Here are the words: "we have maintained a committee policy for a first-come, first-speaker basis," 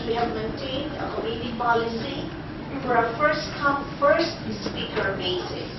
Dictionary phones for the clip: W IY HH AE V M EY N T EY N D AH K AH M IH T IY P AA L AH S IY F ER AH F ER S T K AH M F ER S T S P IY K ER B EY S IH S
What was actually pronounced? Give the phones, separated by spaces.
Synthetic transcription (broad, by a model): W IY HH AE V M EY N T EY N D AH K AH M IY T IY P AA L AH S IY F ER AH F ER S T K AH M F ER S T S P IY K ER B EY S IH